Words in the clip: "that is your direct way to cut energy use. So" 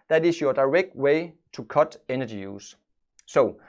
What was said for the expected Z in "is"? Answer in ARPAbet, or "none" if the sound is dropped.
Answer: S